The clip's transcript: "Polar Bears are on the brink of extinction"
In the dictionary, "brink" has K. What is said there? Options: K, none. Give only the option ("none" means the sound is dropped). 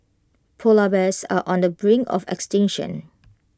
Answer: none